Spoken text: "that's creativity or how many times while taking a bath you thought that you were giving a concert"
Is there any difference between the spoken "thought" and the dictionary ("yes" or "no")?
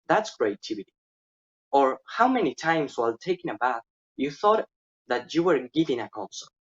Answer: no